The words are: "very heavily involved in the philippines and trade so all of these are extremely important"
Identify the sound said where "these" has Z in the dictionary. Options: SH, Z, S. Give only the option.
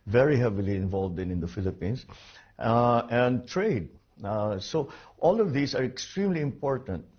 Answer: S